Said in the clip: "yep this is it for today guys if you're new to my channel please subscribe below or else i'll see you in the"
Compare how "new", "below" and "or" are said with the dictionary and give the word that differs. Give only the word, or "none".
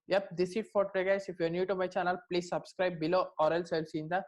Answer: none